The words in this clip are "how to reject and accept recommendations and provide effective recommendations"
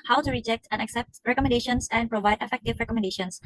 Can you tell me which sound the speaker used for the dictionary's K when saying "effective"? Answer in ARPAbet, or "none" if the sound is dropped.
K